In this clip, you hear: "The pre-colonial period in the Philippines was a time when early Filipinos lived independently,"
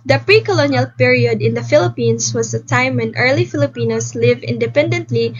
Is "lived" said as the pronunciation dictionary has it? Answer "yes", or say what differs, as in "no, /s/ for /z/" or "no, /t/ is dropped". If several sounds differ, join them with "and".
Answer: no, /d/ is dropped